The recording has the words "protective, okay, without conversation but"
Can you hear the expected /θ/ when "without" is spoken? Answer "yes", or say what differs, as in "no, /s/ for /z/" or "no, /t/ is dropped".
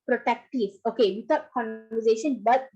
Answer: no, /t/ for /θ/